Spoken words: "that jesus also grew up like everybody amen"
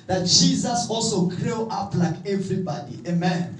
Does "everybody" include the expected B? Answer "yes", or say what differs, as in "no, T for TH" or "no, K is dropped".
yes